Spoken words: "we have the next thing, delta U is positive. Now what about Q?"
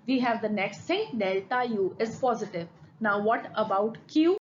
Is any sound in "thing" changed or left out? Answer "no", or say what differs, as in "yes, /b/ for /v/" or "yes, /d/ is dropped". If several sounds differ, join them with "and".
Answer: yes, /s/ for /θ/